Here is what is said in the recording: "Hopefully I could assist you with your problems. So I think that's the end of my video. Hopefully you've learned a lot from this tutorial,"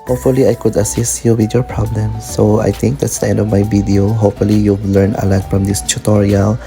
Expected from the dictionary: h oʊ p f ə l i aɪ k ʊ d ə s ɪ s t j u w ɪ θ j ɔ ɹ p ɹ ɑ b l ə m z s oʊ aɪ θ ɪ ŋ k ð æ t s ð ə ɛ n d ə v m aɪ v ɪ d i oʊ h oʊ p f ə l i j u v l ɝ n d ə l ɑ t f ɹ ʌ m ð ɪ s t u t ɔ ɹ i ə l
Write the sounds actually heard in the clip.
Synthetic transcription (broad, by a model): h oʊ p f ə l i aɪ k ʊ d ə s ɪ s t j u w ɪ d j ɔ ɹ p ɹ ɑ b l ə m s oʊ aɪ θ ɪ ŋ k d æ t s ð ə ɛ n d ə v m aɪ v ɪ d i oʊ h oʊ p f ə l i j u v l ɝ n ə l ɑ t f ɹ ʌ m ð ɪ s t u t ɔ ɹ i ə l